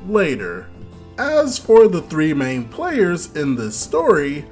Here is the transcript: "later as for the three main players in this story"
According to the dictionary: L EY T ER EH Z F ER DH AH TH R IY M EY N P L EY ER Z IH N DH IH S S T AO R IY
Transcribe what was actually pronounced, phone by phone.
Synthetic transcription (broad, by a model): L EY T ER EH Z F ER DH AH TH R IY M EY N P L EY ER Z IH N DH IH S S T AO R IY